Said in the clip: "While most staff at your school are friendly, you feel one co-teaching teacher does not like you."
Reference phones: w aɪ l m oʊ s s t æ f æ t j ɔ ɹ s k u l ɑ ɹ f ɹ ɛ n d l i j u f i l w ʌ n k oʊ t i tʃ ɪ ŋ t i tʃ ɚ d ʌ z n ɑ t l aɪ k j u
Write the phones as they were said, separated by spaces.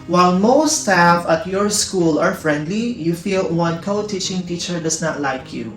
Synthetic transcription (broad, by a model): w aɪ l m oʊ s s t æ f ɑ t j ɔ ɹ s k u l ɑ ɹ f ɹ ɛ n d l i j u f i l w ʌ n k oʊ t i tʃ ɪ ŋ t i tʃ ɚ d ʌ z n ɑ t l aɪ k j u